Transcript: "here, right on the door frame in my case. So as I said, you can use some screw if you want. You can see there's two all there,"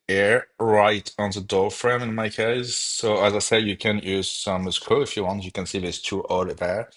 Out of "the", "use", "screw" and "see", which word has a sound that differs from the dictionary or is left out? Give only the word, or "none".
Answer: screw